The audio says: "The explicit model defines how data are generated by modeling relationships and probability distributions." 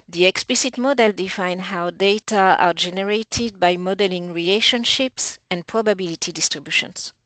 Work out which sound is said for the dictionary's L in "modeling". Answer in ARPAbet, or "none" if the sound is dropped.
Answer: L